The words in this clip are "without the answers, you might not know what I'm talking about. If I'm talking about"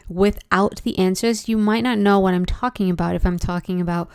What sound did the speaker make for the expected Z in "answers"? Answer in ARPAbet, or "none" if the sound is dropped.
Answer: Z